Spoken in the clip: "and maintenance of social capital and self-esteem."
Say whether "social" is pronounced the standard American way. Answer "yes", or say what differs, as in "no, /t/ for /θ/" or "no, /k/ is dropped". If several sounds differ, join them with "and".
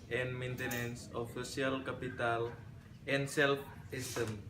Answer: no, /ʃ/ is dropped